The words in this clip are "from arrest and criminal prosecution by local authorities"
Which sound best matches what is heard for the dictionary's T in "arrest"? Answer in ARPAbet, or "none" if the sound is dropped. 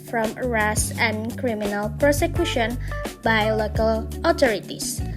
none